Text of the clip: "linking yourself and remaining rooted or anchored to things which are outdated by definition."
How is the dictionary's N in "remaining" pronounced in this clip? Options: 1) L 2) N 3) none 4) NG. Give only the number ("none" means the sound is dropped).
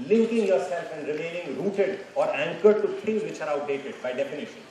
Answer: 1